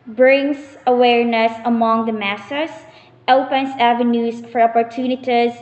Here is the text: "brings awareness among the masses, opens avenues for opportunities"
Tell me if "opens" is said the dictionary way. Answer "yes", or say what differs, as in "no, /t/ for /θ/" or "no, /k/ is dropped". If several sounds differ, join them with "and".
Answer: no, /s/ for /z/